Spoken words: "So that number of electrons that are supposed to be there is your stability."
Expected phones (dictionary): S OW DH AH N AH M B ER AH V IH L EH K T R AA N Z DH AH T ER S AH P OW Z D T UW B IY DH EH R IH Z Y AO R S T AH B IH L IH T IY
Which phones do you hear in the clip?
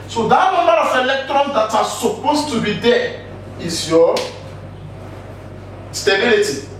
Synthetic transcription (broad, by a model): S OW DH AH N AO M ER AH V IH L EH K T R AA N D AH T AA S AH P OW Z T UW B IY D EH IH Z Y AO S T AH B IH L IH T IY